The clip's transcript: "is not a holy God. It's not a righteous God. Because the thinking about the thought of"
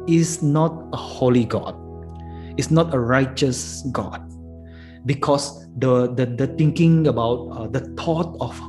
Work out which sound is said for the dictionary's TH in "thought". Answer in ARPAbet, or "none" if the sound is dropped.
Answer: T